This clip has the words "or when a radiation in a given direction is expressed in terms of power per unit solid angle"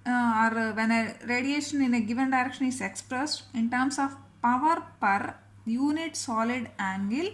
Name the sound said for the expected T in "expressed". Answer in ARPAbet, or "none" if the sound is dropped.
T